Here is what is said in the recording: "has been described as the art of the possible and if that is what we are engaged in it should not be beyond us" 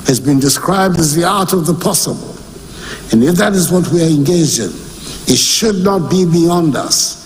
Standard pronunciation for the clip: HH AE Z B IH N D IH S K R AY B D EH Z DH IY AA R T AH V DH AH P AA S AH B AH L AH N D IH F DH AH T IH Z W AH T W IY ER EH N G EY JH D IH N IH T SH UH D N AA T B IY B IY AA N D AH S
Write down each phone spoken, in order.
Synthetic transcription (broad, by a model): HH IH Z B IH N D IH S K R AY B D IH Z DH IY AA R T AH V DH AH P AA S AH B AH L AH N IH F DH AH T IH Z W AH T W IY ER EH N G EY JH D IH N IH T SH UH D N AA T B IY B IY AA N D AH S